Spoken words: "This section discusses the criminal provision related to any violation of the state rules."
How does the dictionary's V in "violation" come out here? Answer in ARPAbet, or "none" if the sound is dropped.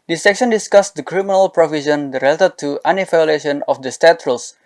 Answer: F